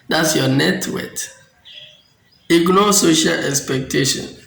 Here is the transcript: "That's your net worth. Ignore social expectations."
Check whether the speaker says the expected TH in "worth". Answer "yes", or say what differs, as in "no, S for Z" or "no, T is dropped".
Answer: no, T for TH